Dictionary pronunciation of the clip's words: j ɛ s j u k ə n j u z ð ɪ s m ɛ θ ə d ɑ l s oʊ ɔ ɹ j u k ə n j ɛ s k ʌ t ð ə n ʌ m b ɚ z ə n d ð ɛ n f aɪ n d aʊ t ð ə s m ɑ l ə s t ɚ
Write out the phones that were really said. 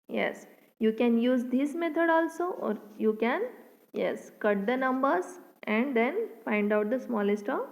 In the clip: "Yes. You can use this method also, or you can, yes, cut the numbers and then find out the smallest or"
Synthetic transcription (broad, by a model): j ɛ s j u k ə n j u z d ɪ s m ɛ t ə d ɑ l s oʊ ɔ ɹ j u k ə n j ɛ s k ʌ t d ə n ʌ m b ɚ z ə n d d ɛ n f aɪ n d aʊ t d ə s m ɑ l ə s t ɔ